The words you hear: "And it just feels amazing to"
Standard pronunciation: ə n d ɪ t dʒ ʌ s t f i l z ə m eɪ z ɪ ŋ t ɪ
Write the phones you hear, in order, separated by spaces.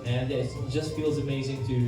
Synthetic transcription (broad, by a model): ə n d ɪ t dʒ ʌ s t f i l z ə m eɪ z ɪ ŋ t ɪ